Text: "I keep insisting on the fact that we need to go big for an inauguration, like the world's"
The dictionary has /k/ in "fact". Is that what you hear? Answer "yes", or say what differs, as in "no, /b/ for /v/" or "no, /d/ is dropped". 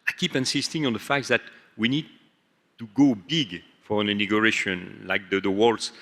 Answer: yes